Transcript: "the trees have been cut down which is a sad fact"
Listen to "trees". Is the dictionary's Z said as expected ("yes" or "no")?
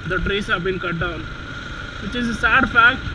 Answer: no